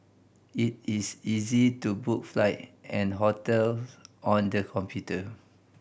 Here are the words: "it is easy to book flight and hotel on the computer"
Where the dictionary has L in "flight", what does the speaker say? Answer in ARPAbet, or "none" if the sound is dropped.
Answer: L